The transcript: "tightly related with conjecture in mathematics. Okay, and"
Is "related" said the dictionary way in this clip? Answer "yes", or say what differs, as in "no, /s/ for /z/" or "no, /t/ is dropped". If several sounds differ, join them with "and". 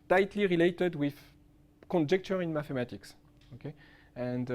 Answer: yes